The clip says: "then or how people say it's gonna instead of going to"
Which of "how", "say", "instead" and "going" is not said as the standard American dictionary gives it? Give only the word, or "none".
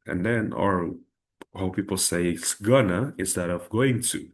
instead